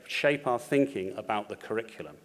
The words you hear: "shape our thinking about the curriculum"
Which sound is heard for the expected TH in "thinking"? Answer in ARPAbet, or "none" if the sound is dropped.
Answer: TH